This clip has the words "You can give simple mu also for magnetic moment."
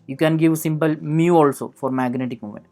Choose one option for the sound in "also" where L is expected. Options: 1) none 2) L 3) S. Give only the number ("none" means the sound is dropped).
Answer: 2